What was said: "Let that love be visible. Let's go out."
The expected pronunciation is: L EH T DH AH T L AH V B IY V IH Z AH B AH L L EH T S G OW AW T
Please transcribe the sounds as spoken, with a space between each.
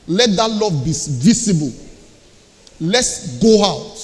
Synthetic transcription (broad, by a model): L EH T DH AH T L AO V B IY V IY S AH B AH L L EH T S G OW AW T